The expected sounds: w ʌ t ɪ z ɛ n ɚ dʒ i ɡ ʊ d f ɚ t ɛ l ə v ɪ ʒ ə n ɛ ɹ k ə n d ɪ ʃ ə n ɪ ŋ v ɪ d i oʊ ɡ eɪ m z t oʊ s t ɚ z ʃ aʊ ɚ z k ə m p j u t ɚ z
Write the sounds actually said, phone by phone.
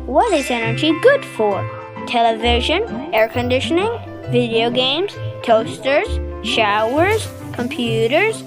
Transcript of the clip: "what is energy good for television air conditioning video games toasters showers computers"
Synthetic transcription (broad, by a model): w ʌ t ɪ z ɛ n ɚ dʒ i ɡ ʊ d f ɚ t ɛ l ə v ɪ ʒ ə n ɛ ɹ k ə n d ɪ ʃ ə n ɪ ŋ v ɪ d i oʊ ɡ eɪ m z t oʊ s t ɚ z ʃ aʊ ɚ z k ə m p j u t ɚ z